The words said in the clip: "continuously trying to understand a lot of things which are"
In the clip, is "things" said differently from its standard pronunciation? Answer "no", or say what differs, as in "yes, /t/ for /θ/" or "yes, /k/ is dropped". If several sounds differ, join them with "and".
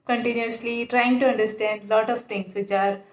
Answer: yes, /t/ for /θ/